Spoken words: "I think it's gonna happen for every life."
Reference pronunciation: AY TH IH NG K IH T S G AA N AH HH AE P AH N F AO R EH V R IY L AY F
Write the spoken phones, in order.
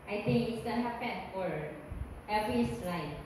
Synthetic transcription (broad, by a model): AY T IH NG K IH T S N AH HH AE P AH N F AO R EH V R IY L AY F